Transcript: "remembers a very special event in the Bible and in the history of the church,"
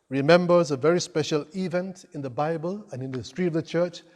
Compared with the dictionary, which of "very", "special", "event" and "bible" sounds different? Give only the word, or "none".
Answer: none